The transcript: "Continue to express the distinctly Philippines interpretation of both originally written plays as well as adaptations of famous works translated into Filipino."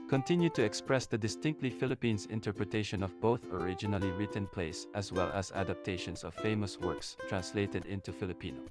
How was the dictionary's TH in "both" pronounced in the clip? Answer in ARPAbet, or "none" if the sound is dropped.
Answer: TH